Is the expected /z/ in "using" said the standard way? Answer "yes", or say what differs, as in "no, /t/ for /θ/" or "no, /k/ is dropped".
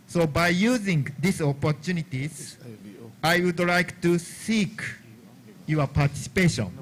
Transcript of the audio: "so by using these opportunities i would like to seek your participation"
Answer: yes